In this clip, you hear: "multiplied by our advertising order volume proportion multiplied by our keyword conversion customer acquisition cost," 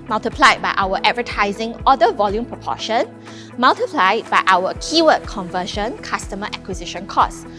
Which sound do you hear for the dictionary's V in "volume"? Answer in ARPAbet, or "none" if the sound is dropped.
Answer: V